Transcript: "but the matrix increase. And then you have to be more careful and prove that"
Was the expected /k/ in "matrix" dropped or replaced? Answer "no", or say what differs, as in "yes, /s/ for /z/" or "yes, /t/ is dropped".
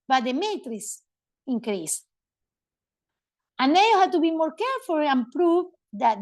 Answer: yes, /k/ is dropped